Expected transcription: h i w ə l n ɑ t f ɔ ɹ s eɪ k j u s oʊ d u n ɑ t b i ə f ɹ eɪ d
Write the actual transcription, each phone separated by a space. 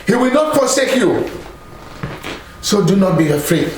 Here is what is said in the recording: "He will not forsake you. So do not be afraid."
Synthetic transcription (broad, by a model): h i w ə l n ɑ t p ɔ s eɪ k j u s oʊ d u n ɑ t b i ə f ɹ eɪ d